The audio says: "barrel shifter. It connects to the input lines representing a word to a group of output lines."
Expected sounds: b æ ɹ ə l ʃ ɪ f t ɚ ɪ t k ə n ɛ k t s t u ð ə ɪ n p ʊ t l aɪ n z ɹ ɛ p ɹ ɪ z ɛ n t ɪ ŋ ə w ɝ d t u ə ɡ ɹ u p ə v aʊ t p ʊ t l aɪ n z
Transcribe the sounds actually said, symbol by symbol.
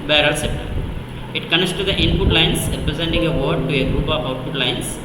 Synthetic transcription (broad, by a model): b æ ɹ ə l s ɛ p t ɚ ɪ t k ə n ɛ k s t u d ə ɪ n p ʊ t l aɪ n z ɹ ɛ p ɹ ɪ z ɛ n t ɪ ŋ ə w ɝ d t u ə ɡ ɹ u p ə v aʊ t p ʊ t l aɪ n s